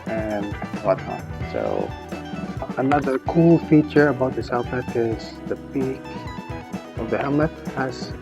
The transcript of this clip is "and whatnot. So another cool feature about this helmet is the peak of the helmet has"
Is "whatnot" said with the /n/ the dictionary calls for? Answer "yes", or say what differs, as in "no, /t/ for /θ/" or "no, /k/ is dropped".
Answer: no, /n/ is dropped